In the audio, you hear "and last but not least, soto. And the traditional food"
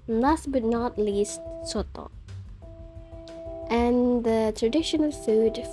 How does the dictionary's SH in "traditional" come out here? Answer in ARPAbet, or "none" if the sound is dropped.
SH